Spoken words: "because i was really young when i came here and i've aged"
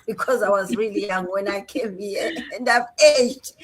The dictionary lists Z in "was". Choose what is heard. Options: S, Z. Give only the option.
Z